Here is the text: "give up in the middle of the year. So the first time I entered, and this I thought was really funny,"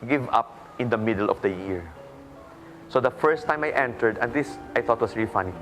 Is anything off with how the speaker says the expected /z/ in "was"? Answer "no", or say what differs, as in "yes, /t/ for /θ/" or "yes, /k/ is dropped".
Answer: yes, /s/ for /z/